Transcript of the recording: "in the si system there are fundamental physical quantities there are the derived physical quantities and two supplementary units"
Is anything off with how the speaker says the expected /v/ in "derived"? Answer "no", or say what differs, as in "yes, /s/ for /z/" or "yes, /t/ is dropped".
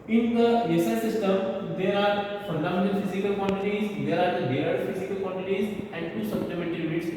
yes, /v/ is dropped